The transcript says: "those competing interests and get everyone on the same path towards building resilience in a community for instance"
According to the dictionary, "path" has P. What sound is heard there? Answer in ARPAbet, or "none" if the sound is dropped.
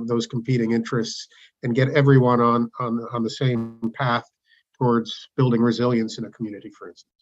P